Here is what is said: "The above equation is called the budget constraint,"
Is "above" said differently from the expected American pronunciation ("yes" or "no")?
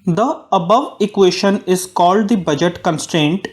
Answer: no